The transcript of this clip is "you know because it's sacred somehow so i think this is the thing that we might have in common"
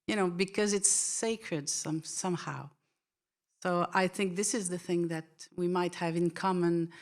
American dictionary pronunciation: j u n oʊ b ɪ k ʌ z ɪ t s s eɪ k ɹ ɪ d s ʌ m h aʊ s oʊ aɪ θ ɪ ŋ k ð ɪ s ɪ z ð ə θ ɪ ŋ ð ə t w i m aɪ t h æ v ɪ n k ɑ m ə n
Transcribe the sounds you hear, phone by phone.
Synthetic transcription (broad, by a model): j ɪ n oʊ b ɪ k ʌ z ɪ t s s eɪ k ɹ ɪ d s ʌ m h aʊ s oʊ aɪ θ ɪ ŋ k ð ɪ s ɪ z ð ə θ ɪ ŋ ð ə t w i m aɪ t h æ v ɪ n k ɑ m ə n